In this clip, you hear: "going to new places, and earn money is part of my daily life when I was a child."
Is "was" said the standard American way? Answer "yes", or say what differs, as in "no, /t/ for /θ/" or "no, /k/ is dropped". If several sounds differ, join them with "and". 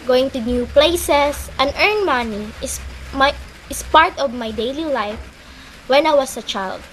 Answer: no, /s/ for /z/